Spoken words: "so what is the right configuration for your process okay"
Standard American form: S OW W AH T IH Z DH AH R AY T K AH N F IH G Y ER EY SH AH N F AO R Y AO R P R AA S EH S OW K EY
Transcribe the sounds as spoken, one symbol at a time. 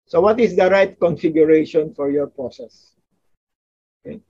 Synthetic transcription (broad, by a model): S OW W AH T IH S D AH R AY T K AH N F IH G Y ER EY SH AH N F AO R Y AO R P R AA S EH S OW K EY